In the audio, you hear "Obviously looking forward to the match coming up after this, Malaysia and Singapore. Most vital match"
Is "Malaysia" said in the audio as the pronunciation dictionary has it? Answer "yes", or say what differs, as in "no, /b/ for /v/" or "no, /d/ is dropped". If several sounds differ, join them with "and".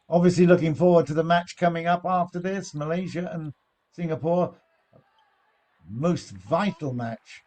yes